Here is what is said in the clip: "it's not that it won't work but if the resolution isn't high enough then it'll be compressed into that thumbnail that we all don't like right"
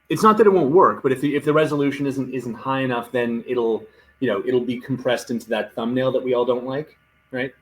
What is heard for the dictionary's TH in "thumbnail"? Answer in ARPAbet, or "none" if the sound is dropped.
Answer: TH